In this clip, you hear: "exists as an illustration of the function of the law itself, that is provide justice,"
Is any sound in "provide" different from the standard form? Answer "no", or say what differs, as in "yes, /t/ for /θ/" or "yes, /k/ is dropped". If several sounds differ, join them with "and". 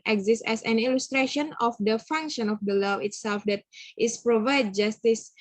no